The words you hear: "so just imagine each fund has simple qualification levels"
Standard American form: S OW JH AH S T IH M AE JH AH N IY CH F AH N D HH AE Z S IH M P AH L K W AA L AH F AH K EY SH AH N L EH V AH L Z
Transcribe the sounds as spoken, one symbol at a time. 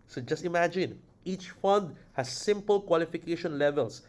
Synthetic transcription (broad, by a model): S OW JH AH S T IH M AE JH AH N IY CH F AH N D HH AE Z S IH M P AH L K W AA L AH F AH K EY SH AH N L EH V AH L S